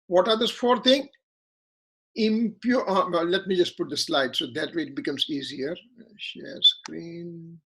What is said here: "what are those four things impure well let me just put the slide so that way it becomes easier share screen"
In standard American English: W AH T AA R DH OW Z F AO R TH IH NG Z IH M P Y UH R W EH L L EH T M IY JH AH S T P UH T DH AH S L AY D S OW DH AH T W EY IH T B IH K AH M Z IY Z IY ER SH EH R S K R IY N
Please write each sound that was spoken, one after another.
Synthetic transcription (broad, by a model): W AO T AA R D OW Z F AO R T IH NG IH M P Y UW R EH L L EH T M IY JH AH S T P UH T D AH S L AY D S OW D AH T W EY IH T B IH K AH M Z IY Z IY ER SH EH R S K R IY N